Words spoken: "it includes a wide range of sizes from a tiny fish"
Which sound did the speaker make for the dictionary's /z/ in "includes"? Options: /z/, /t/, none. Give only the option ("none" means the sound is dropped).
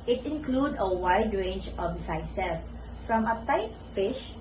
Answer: none